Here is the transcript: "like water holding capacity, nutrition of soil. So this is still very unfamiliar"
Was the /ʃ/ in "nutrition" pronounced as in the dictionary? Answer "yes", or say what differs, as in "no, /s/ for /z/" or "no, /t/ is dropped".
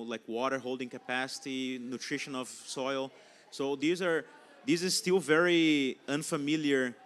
yes